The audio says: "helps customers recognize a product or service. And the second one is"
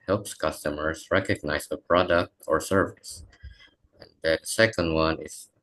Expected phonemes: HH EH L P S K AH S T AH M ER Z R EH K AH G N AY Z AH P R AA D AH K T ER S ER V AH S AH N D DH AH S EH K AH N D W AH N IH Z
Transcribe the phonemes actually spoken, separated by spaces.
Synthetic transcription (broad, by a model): HH EH L P S K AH S T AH M ER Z R EH K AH G N AY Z AH P R AA D AH K T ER S ER V AH S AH N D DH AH S EH K AH N D W AH N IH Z